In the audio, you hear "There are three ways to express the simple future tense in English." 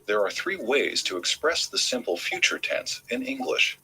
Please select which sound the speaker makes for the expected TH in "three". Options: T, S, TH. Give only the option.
TH